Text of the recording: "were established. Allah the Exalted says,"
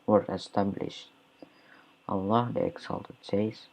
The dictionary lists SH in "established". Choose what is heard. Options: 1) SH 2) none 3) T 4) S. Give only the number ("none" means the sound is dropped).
1